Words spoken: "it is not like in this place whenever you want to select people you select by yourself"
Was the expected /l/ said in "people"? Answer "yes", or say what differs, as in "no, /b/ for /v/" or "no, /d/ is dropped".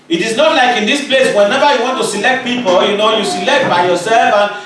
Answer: no, /n/ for /l/